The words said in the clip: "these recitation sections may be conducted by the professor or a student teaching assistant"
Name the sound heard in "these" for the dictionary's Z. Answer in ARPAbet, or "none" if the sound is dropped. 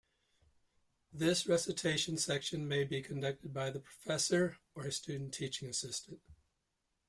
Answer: S